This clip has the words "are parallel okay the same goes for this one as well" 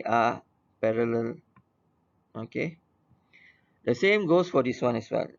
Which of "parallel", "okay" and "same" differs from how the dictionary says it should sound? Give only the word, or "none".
none